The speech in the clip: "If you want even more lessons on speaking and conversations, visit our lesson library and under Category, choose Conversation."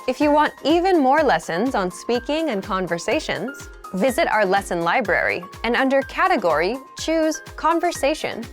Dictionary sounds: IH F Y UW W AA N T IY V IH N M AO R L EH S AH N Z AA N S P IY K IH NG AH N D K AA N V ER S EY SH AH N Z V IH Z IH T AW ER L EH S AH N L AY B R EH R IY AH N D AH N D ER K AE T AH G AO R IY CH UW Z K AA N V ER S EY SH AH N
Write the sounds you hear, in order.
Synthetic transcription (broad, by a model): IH F Y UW W AA N T IY V IH N M AO R L EH S AH N Z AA N S P IY K IH NG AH N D K AA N V ER S EY SH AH N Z V IH Z IH T AW ER L EH S AH N L AY B R EH R IY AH N AH N D ER K AE T AH G AO R IY CH UW Z K AA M V ER S EY SH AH N